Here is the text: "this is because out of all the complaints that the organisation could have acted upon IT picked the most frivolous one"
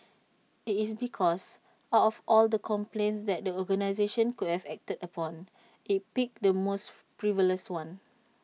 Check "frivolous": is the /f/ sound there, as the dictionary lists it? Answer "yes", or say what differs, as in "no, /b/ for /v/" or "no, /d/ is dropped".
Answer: no, /p/ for /f/